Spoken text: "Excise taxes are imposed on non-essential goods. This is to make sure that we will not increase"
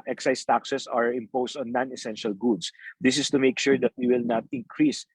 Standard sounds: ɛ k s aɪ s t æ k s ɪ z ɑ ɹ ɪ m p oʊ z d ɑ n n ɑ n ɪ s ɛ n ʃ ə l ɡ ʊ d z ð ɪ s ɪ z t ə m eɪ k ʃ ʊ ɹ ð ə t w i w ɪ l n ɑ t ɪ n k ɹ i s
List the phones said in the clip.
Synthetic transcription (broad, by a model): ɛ k s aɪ s t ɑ k s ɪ s ɑ ɹ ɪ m p oʊ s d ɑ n n ɑ n ɪ s ɛ n ʃ ə l ɡ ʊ d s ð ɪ s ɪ s t ə m eɪ k ʃ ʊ ɹ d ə t w i w ɪ l n ɑ t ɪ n k ɹ i s